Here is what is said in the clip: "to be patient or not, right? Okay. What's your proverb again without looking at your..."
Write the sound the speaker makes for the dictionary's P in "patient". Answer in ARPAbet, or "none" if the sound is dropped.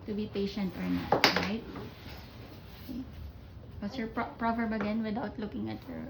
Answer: P